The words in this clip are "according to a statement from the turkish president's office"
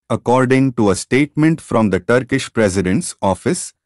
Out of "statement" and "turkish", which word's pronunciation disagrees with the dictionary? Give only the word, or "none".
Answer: none